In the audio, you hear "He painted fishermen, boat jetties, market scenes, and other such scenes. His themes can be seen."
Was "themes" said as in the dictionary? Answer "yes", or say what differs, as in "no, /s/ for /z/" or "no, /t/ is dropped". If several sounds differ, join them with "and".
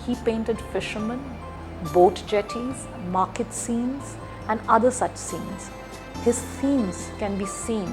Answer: no, /s/ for /θ/